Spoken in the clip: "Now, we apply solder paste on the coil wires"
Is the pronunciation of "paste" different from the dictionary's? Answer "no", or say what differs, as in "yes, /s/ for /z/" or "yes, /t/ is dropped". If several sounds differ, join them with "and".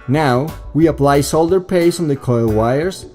yes, /t/ is dropped